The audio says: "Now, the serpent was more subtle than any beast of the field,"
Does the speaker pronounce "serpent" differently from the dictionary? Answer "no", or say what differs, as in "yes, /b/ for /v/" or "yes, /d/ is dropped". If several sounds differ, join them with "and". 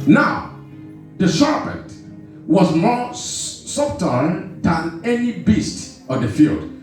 yes, /ʃ/ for /s/